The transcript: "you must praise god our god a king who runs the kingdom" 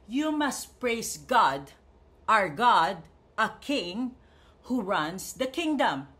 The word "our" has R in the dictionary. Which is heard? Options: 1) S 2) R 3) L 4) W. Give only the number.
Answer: 2